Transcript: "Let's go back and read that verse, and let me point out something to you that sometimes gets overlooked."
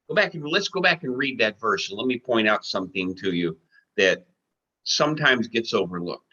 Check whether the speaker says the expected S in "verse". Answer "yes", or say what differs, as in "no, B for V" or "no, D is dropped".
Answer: no, SH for S